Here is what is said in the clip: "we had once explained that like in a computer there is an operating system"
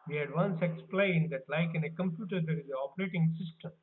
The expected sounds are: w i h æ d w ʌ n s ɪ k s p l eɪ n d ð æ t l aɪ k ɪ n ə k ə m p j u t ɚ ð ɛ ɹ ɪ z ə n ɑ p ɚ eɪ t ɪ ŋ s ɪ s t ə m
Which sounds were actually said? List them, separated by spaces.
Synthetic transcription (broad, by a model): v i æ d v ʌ n s ɪ k s p l eɪ n d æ t l aɪ k ɪ n ə k ə m p j u t ɚ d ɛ ɹ ɪ z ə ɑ p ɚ eɪ t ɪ ŋ s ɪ s t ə m